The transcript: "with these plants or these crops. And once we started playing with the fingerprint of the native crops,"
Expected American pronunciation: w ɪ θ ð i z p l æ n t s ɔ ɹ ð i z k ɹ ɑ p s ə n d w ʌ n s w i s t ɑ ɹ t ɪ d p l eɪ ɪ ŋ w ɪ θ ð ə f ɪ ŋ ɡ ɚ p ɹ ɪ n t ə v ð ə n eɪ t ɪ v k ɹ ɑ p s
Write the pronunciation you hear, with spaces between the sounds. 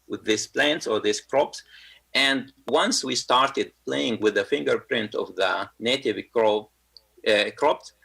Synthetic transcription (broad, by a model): w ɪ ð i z p l æ n t s ɔ ɹ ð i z k ɹ ɑ p s ə n d w ʌ n s w i s t ɑ ɹ t ɪ d p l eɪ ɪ ŋ w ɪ ð ə f ɪ ŋ ɡ ɚ p ɹ ɪ n t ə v ð ə n eɪ t ɪ v k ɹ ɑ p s